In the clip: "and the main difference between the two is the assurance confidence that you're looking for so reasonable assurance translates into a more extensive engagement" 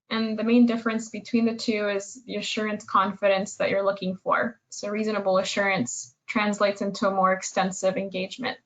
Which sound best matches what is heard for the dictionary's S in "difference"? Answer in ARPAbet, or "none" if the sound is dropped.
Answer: S